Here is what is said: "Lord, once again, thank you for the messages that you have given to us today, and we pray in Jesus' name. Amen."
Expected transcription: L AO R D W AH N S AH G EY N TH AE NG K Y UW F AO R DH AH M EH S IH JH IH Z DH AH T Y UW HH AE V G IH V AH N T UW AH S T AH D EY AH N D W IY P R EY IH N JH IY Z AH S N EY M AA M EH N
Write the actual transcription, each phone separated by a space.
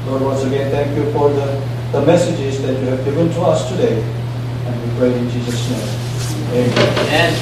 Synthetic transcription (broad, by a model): L AO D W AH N S AH G EY N T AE NG K Y UW F AO R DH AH M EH S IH JH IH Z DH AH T Y UW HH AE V G IH V AH N T UW AH S T AH D EY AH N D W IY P R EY IH N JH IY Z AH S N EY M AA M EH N